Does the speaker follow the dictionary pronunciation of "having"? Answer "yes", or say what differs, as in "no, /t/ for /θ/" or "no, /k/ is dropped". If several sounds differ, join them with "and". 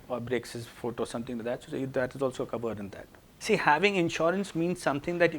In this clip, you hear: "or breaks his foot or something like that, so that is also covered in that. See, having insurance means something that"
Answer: yes